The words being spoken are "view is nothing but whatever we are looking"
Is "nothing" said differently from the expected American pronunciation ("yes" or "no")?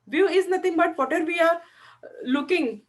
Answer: yes